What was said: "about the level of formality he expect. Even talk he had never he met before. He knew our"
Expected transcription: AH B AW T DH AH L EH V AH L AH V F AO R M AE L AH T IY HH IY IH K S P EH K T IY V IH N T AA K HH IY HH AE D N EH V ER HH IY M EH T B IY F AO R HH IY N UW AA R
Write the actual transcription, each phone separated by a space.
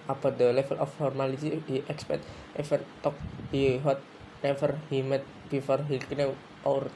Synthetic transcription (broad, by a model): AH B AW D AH L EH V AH L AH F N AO R M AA L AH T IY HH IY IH K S P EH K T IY F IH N T AA K HH IY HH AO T N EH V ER HH IY M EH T B IY F AO R HH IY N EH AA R